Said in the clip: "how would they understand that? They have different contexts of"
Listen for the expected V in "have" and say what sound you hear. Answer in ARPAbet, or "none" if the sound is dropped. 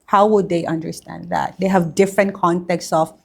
V